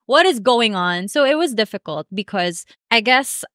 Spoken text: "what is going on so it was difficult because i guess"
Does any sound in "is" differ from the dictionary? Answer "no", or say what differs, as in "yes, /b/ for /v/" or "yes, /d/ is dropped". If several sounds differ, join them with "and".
no